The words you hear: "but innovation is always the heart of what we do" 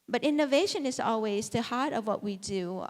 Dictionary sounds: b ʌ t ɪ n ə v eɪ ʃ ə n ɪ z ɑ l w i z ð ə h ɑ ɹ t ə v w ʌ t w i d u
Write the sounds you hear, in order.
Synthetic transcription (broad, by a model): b ʌ t ɪ n ə v eɪ ʃ ə n ɪ z ɑ l w i z ð ə h ɑ ɹ t ə v w ʌ t w i d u